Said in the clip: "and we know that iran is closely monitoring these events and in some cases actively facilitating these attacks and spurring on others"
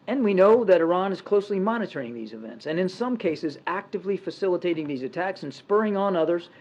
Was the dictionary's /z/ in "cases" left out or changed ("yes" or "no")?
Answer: no